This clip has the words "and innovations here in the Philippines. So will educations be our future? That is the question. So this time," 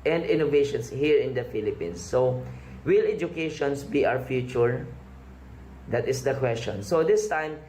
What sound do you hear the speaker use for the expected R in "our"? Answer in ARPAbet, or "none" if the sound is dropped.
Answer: W